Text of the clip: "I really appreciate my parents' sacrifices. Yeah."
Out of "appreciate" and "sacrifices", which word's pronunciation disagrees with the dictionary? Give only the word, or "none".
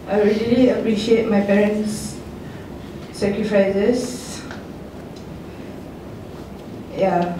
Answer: sacrifices